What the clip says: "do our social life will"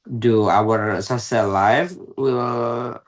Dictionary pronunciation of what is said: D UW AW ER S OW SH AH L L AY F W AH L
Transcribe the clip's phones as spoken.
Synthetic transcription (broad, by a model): D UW AW ER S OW S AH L L AY F W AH L